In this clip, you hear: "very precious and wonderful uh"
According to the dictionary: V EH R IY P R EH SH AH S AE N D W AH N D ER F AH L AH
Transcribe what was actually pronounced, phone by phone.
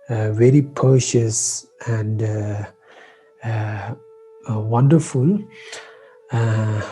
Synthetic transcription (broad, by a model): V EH R IY P EH SH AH S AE N D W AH N D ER F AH L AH